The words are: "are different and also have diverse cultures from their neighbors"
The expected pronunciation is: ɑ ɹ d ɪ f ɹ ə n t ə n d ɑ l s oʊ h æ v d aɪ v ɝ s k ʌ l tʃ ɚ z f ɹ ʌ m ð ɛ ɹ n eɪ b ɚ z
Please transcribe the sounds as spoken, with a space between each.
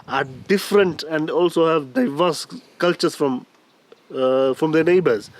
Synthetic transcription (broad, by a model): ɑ ɹ d ɪ f ɹ ə n t ə n d ɑ l s oʊ h æ v d aɪ v ɝ s k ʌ l tʃ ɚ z f ɹ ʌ m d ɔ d n eɪ b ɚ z